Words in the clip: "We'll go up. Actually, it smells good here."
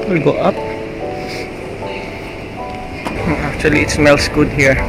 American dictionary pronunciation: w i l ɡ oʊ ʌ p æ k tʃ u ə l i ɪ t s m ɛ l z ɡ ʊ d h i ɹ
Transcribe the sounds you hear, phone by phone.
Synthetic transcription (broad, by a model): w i l ɡ oʊ ʌ p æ k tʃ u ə l i ɪ t s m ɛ l s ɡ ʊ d h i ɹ